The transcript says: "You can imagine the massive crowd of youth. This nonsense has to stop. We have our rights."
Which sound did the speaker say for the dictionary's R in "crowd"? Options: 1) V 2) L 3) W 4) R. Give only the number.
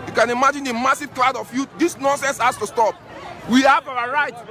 2